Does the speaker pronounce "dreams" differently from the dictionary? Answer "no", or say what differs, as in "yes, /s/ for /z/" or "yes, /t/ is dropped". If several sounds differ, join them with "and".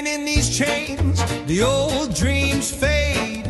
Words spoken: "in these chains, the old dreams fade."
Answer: no